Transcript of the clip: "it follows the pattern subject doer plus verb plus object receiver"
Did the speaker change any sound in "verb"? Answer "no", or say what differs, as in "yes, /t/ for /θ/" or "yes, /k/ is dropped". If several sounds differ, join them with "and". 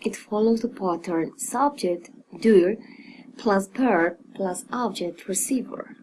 yes, /p/ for /v/